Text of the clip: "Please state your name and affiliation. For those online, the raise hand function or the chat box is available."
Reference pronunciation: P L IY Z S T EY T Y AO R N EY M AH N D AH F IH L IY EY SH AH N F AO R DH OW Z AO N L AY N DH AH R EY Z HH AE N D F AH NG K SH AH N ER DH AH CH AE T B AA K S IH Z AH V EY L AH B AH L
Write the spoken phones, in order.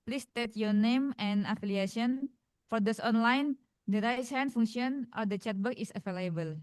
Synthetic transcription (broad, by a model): P L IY S T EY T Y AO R N EY M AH N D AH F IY L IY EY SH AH N F AO R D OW S AO N L AY N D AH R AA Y HH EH N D F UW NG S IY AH N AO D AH CH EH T B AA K IH S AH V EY L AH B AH L